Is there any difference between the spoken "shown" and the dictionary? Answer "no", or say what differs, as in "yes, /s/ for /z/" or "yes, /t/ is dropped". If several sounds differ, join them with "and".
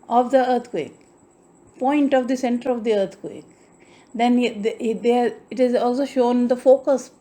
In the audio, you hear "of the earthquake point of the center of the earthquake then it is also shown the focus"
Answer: no